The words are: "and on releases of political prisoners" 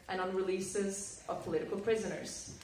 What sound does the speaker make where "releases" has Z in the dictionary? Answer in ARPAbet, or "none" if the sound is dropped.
Z